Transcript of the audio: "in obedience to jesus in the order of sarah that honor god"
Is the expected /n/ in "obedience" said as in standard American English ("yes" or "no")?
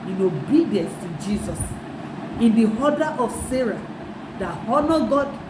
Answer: yes